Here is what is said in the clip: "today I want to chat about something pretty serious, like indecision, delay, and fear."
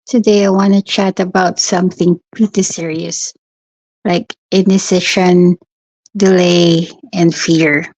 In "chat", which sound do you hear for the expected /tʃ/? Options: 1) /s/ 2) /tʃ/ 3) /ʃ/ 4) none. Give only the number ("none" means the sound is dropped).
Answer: 2